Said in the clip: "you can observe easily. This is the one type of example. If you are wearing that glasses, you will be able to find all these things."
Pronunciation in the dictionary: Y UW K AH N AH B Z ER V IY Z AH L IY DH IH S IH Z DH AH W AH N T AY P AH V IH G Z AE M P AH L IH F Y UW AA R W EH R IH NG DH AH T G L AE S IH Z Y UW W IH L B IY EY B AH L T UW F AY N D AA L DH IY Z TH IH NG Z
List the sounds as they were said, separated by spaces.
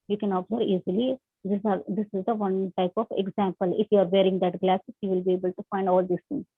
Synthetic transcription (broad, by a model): Y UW K AH N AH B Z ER IY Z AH L IY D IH S IH Z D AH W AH N T AY P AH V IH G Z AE M P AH L IH F Y UW AA R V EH R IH NG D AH T G L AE S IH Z Y UW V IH L B IY EY B AH L T UW F AY N D AA L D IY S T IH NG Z